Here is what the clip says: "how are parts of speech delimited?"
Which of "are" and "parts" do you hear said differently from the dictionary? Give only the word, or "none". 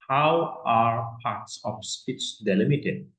none